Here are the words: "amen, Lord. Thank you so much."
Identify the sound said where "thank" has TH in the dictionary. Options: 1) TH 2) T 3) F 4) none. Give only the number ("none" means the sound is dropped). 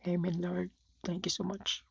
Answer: 2